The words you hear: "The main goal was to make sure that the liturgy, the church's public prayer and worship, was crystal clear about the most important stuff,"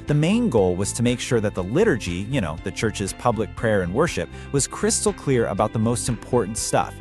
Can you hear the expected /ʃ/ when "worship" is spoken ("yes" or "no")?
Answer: yes